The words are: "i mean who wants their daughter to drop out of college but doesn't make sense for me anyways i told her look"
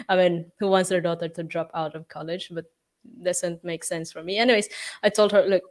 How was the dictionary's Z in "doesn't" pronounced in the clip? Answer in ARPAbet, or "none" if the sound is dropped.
S